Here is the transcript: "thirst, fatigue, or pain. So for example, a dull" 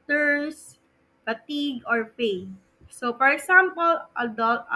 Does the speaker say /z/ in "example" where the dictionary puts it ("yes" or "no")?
no